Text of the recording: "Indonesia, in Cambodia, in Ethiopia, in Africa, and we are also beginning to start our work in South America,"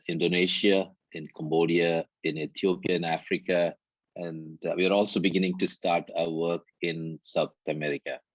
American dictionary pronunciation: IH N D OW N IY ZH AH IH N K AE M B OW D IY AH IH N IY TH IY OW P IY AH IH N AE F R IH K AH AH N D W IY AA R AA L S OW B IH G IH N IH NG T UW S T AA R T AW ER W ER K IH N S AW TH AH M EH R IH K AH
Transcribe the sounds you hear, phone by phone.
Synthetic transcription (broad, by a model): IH N D OW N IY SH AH IH N K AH M B OW D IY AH IH N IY T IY OW P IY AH IH N AE F R IH K AH AH N D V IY AA R AA L S OW B IH G IH N IH NG T UW S T AA R T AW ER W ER K IH N S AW T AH M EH R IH K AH